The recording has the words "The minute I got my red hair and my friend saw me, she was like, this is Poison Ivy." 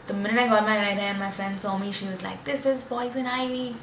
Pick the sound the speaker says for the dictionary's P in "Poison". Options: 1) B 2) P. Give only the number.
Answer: 1